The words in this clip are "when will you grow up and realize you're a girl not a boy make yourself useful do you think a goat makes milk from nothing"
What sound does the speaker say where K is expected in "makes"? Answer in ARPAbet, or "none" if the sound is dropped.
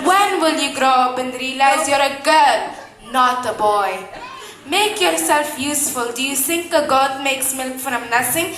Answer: K